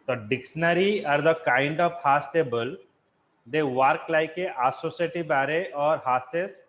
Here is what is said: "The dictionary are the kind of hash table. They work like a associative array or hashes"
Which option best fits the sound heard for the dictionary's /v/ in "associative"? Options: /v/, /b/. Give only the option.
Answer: /b/